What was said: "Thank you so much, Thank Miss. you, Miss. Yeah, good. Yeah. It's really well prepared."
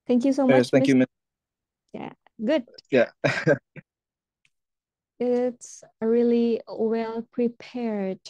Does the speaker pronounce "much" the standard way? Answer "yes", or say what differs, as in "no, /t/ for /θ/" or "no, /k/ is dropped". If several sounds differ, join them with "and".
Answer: no, /s/ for /tʃ/